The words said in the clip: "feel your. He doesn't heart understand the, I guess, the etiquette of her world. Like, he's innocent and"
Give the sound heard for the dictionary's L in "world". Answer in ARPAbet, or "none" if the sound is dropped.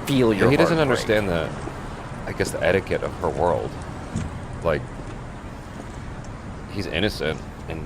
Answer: L